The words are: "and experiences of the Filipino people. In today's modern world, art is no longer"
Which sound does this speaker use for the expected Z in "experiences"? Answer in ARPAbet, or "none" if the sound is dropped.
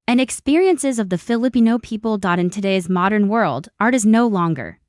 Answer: Z